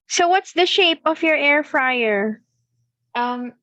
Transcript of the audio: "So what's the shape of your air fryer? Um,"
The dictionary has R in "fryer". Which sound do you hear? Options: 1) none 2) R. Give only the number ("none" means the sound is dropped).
2